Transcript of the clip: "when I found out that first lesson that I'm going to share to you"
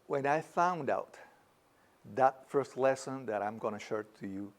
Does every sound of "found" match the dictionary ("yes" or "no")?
yes